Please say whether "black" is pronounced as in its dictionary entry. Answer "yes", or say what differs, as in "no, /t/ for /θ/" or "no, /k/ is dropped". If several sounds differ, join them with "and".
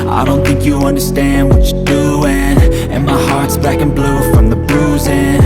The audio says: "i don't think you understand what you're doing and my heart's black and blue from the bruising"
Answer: no, /l/ is dropped